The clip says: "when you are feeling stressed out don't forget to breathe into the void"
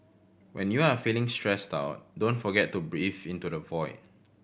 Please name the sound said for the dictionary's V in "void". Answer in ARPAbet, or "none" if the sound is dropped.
V